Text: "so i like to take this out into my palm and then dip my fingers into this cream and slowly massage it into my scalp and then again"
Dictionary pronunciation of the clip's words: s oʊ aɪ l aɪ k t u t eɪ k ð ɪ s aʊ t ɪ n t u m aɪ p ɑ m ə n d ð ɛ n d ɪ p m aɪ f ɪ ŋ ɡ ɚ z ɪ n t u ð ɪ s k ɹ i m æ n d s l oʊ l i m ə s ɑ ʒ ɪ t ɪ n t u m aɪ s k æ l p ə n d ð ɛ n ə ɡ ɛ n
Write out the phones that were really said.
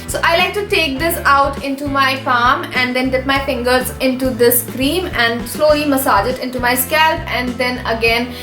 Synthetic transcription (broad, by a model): s oʊ aɪ l aɪ k t u t eɪ k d ɪ s aʊ t ɪ n t u m aɪ f ɑ m ə n d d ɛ n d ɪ p m aɪ f ɪ ŋ ɡ ɚ z ɪ n t u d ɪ s k ɹ i m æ n d s l oʊ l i m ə s ɑ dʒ ɪ t ɪ n t u m aɪ s k æ l p ə n d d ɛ n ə ɡ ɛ n